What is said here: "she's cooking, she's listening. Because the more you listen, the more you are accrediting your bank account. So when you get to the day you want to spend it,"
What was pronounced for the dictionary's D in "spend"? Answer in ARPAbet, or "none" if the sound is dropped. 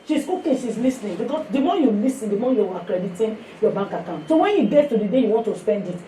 D